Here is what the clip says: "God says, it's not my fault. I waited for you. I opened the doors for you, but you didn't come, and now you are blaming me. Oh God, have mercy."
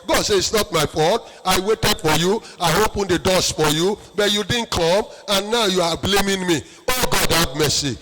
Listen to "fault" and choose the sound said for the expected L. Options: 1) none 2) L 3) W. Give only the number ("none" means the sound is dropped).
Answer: 1